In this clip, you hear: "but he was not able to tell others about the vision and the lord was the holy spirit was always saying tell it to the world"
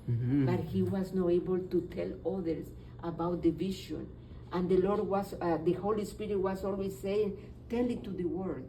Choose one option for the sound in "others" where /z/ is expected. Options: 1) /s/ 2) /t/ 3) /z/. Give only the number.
1